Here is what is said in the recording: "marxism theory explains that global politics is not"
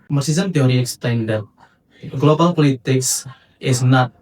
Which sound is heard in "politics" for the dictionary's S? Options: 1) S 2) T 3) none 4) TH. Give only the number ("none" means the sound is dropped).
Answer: 1